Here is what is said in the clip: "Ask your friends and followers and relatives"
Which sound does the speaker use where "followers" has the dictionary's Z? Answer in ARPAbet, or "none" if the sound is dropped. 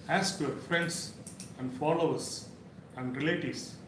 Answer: S